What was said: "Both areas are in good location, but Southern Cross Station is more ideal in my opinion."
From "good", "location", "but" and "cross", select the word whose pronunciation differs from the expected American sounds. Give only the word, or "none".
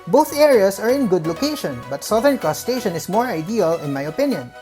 cross